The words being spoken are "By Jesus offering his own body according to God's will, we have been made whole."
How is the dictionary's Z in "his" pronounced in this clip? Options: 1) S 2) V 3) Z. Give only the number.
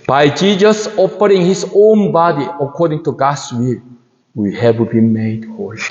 1